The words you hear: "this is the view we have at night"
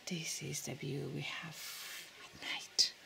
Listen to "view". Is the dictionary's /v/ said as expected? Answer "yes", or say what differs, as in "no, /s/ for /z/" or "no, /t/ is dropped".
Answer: no, /b/ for /v/